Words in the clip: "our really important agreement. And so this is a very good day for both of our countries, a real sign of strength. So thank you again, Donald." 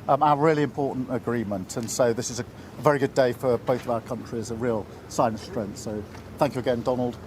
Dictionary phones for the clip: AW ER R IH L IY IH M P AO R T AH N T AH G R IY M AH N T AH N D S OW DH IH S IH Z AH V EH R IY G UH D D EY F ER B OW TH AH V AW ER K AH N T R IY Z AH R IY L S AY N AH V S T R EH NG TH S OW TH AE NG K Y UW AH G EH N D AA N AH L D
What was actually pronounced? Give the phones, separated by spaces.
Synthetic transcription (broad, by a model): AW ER R IH L IY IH M P AO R T N T AH G R IY M AH N T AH N S OW DH IH S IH Z AH V EH R IY G UH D D EY F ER B OW TH AH V AW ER K AH N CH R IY Z AH R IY L S AY AH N S T R EH NG TH S OW TH AE NG K Y UW AH G EH N D AA N AH L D